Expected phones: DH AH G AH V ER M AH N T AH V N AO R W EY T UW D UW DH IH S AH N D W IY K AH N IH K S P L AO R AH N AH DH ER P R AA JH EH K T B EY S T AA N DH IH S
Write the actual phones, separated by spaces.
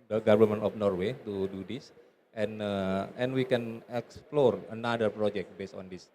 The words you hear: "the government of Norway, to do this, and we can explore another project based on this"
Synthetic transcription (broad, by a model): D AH G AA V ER M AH N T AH F N AO R W EY T UW D UW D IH S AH N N W IY K AH N IH K S P L AO R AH N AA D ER P R AA JH EH K T B EY S T AA N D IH S